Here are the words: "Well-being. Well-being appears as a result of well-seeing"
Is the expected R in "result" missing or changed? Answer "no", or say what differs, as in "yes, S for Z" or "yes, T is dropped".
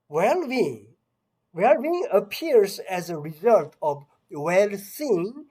no